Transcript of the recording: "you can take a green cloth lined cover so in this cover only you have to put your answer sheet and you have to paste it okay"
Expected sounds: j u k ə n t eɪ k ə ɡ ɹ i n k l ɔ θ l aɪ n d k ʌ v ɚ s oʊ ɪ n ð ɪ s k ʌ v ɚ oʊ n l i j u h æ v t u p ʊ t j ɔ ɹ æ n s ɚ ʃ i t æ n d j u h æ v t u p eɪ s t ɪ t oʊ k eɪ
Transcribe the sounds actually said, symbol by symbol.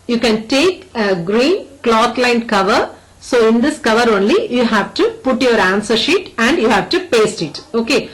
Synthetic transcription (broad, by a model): j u k ə n t eɪ k ə ɡ ɹ i n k l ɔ t l aɪ n d k ʌ v ɚ s oʊ ɪ n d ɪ s k ʌ v ɚ oʊ n l i j u h æ v t u p ʊ t j ɔ ɹ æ n s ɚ ʃ i t æ n d j u h æ v t u p eɪ s t ɪ t oʊ k eɪ